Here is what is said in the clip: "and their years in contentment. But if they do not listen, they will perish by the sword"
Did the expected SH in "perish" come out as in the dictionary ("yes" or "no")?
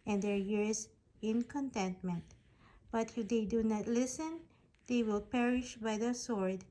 yes